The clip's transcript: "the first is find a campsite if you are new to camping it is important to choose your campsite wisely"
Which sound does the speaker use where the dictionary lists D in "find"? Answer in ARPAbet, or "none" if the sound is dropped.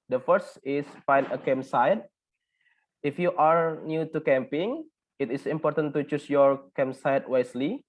none